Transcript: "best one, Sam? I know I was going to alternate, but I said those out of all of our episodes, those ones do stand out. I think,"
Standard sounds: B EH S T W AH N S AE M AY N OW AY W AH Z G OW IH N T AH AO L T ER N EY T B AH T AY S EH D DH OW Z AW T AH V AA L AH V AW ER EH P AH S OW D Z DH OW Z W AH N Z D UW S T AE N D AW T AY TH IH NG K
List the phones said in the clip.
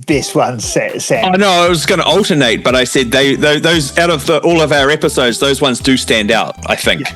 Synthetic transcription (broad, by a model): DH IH S W AH N S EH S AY N OW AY W AH Z G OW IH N T AH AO L T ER N EY T B AH T AY S EH D DH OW Z AW T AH V AA L AH V AW ER EH P AH S OW D Z DH OW Z W AH N Z D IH S T AE N D AW T AY TH IH NG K